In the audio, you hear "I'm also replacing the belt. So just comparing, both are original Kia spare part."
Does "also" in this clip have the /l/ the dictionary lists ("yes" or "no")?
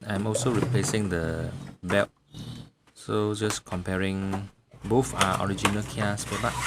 yes